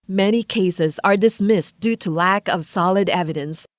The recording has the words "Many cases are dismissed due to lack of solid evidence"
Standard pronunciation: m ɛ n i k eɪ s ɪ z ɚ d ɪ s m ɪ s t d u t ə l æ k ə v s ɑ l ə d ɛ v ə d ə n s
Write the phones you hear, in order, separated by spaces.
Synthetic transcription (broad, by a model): m ɛ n i k eɪ s ɪ z ɚ d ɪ s m ɪ s d u t ə l æ k ə v s ɑ l ə d ɛ v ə d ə n s